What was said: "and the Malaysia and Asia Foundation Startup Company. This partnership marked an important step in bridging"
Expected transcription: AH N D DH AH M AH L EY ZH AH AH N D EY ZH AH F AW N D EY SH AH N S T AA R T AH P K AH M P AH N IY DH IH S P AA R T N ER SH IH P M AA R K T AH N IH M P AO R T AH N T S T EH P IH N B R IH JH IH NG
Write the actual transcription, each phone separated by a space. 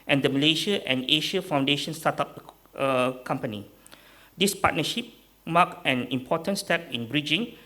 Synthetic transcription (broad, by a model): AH N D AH M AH L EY SH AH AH N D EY SH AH F AW N D EY SH AH N S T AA T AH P K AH M P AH N IY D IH S P AA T N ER SH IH P M AA K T AH N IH M P AO T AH N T S T EH P IH N B R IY JH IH NG